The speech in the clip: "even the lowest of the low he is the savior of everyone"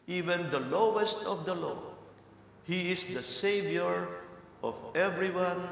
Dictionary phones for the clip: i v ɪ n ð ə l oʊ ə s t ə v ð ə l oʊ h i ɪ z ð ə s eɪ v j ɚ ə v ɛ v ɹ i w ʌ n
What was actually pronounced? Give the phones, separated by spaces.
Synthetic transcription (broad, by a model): i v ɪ n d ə l oʊ ə s t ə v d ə l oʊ h i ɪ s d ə s eɪ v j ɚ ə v ɛ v ɹ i w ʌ n